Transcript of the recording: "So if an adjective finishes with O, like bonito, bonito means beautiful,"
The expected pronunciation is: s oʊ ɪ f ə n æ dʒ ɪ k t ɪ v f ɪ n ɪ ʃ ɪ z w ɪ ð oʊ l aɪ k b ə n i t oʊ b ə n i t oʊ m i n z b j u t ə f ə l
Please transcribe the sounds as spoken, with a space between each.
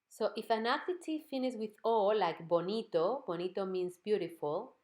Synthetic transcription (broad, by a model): s oʊ ɪ f ə n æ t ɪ t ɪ f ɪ n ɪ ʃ w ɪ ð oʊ l aɪ k b ə n i t oʊ b ə n i t oʊ m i n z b j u t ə f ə l